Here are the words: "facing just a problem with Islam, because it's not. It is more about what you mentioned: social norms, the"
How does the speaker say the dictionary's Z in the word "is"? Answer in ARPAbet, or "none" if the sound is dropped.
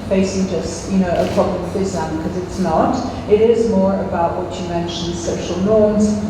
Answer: Z